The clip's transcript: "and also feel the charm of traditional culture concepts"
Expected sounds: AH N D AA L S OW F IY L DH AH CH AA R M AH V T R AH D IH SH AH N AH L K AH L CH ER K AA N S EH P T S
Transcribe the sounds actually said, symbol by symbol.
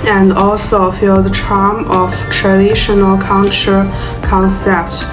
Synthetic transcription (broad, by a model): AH N D AA L S OW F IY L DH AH CH AA R M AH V T R AH D IH SH AH N AH L K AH N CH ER K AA N S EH P T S